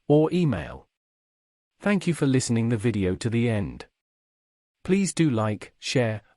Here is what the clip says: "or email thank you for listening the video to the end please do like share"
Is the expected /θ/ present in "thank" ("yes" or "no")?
yes